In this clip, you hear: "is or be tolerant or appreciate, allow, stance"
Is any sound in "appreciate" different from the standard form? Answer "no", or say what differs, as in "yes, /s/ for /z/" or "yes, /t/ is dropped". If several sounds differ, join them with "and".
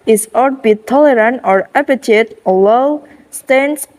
yes, /ɹ/ is dropped